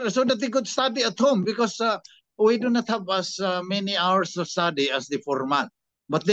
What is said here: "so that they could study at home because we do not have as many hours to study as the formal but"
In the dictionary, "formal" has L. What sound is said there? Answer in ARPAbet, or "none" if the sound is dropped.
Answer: N